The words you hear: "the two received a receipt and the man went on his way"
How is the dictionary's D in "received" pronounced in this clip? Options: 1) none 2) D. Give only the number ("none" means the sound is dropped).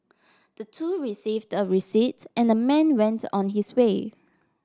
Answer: 2